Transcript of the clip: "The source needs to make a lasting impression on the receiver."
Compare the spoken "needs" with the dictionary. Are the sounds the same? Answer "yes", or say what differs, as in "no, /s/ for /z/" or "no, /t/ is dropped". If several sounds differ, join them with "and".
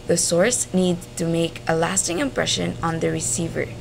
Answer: no, /z/ is dropped